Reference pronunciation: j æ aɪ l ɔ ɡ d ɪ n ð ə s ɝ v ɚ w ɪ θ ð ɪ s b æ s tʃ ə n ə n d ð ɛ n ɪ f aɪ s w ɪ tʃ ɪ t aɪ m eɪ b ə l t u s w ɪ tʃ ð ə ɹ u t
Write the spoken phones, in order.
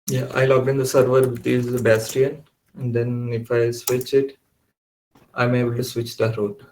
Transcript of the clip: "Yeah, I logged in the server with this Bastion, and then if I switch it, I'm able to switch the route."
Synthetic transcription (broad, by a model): j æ aɪ l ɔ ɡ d ɪ n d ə s ɝ v ɚ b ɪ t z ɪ b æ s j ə n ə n d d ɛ n ɪ f aɪ s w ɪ tʃ ɪ t aɪ m eɪ b ə l t u s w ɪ tʃ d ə ɹ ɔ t